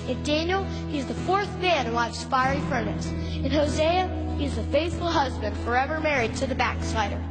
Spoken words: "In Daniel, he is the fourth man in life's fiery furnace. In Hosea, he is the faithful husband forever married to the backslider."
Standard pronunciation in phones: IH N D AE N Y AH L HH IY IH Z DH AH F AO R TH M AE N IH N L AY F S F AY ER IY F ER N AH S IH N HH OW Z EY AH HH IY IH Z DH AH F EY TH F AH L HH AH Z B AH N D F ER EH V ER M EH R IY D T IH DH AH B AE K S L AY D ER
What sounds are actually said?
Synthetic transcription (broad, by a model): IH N D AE N Y L HH IY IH Z DH AH F AO R TH M AE N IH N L AY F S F AY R IY F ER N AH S IH N HH OW Z EY AH HH IY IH Z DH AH F EY TH F L HH AH Z B AH N D F ER EH V ER M EH R IY D T IH DH AH B AE K S AY D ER